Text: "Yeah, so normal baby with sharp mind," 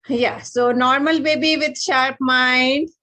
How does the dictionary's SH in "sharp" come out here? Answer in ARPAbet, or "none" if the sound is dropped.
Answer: SH